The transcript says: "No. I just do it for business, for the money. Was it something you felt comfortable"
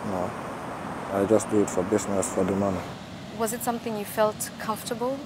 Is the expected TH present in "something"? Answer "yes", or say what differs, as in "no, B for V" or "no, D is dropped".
yes